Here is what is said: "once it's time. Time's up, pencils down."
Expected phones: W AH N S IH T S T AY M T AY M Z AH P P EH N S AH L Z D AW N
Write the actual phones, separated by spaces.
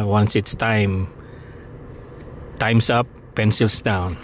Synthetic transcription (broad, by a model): W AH N S IH T S T AY M T AY M S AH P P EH N S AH L S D AW N